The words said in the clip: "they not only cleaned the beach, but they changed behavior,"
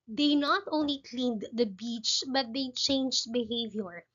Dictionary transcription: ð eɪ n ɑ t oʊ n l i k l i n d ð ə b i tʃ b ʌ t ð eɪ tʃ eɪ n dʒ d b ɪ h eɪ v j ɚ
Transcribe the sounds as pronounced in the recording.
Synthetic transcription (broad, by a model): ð eɪ n ɑ t oʊ n l i k l i n d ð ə b i tʃ b ʌ t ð eɪ tʃ eɪ n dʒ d b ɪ h eɪ v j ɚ